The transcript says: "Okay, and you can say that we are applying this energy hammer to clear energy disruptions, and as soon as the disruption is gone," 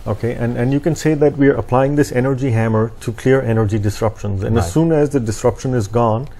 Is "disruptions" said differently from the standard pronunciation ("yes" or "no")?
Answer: no